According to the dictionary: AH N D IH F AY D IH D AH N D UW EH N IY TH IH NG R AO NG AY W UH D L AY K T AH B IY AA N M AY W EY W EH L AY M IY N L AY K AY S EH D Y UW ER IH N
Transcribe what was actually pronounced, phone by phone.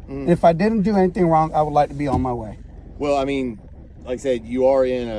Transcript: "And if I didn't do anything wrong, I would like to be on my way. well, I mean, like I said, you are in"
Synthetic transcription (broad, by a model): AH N IH F AY D IH D N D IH EH N IY TH IH NG R AO NG AY W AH D L AY K T AH B IY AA N M AY W EY W EH L AY M IY N L AY K S EH D Y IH ER IH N